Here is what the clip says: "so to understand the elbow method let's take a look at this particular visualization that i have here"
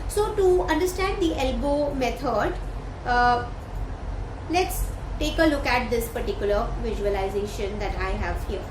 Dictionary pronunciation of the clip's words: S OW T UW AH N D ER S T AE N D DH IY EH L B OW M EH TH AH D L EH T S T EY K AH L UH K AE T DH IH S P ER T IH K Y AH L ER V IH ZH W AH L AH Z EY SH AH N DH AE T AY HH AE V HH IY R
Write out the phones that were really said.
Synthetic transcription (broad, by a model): S OW T UW AH N D ER S T AE N D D IY EH L B OW M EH T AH D L EH T S T EY K AH L UH K AE T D IH S P ER T IH K Y AH L ER V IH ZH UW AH L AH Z EY SH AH N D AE T AY HH AE V HH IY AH